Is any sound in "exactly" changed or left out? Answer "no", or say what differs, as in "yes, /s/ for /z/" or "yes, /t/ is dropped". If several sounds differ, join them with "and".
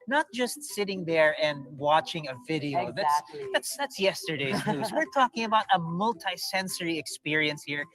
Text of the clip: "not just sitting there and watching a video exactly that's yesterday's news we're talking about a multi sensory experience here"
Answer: yes, /k/ is dropped